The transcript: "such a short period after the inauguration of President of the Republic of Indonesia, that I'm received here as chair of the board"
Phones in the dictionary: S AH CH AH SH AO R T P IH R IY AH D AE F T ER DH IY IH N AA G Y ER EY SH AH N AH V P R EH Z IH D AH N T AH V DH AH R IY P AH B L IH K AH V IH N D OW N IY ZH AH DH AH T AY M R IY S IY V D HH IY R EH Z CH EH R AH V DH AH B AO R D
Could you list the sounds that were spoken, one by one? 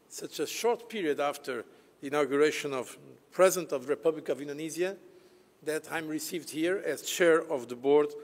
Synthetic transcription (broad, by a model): S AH CH AH SH AO R T P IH R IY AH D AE F T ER DH IY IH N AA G Y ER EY SH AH N AH V P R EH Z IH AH N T AH V DH AH R IY P AH B L IH K AH V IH N D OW N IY Z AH DH AH T AY M R IY S IY V D HH IY R EH Z CH EH R AH V DH AH B AO R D